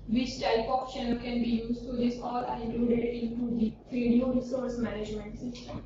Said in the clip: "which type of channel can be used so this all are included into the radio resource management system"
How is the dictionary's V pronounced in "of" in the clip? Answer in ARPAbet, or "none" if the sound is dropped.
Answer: P